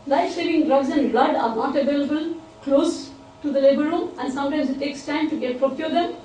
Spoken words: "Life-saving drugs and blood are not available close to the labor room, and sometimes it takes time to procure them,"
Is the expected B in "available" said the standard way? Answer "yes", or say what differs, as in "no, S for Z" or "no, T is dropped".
yes